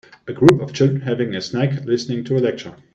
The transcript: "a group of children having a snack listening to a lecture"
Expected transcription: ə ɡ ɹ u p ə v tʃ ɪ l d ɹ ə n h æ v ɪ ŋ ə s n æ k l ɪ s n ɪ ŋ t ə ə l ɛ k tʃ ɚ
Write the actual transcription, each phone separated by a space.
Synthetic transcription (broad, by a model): ə ɡ ɹ u p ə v tʃ ɪ l d ɹ ə n h æ v ɪ ŋ ə s n æ k l ɪ s n ɪ ŋ t ə ə l ɛ k tʃ ɚ